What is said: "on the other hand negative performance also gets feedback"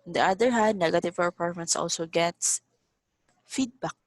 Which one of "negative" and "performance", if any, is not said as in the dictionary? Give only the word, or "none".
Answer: performance